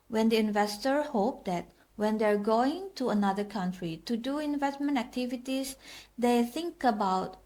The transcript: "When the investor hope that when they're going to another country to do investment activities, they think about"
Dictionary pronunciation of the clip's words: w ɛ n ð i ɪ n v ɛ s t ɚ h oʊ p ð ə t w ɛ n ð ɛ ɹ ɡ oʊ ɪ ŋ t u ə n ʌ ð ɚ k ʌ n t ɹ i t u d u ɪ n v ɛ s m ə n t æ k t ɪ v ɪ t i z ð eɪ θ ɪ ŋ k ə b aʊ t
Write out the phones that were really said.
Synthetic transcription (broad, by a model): w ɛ n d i ɪ n v ɛ s t ɚ h oʊ p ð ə t w ɛ n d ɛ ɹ ɡ oʊ ɪ ŋ t u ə n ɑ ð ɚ k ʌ n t ɹ i t u d u ɪ n v ɛ s m ə n t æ k t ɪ v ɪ t i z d eɪ θ ɪ ŋ k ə b aʊ t